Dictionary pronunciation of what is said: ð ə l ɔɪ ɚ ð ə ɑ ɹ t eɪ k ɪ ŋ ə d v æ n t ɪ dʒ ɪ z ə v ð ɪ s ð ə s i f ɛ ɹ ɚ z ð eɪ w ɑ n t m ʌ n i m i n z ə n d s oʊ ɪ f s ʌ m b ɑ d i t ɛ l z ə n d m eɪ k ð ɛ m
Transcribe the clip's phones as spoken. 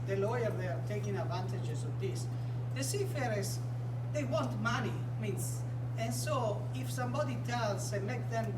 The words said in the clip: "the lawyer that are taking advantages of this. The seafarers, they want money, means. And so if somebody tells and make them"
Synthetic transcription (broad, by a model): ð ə l ɔɪ ɚ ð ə ɑ ɹ t eɪ k ɪ ŋ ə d v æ n t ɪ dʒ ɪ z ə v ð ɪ s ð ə s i f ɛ ɹ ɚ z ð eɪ w ɑ n t m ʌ n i m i n s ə n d s oʊ ɪ f s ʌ m b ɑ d i t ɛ l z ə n m eɪ k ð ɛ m